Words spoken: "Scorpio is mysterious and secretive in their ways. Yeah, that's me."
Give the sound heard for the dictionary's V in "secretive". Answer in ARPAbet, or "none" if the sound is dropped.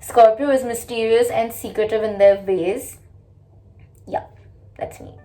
V